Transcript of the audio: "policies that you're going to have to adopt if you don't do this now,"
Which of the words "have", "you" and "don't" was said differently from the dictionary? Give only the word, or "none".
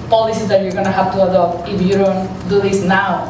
have